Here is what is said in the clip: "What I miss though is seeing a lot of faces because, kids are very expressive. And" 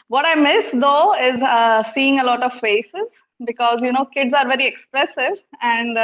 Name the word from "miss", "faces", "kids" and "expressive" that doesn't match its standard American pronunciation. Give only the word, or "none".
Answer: none